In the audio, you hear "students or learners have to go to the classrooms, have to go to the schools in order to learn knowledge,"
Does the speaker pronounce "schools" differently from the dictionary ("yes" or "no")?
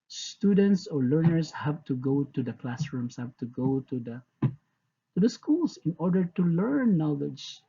yes